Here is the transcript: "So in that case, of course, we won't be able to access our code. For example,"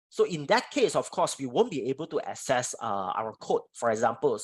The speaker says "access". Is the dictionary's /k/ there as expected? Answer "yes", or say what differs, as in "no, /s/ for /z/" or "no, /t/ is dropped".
no, /k/ is dropped